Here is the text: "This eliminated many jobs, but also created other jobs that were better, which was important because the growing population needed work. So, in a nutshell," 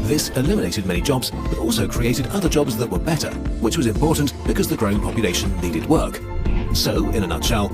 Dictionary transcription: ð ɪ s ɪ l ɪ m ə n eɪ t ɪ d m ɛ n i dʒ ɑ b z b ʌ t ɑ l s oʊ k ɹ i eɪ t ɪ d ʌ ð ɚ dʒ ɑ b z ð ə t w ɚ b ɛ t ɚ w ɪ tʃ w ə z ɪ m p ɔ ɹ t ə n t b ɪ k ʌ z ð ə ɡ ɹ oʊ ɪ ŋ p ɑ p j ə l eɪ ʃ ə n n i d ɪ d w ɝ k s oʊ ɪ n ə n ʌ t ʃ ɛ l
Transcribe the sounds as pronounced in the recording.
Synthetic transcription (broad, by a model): ð ɪ s ɪ l ɪ m ə n eɪ t ɪ d m ɛ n i dʒ ɑ b z b ʌ t ɑ l s oʊ k ɹ i eɪ t ɪ d ʌ ð ɚ dʒ ɑ b z ð ə t w ɚ b ɛ t ɚ w ɪ tʃ w ə z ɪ m p ɔ ɹ t n b ɪ k ʌ z ð ə ɡ ɹ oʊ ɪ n p ɑ p j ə l eɪ ʃ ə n n i d ɪ d w ɝ k s oʊ ɪ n ə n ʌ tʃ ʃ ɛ l